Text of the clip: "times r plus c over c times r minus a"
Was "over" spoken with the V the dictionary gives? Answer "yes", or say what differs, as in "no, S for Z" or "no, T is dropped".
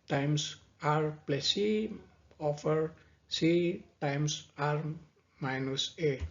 no, F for V